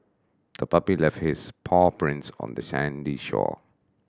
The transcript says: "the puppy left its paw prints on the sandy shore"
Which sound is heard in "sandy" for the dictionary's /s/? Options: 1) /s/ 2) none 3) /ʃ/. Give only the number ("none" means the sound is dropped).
1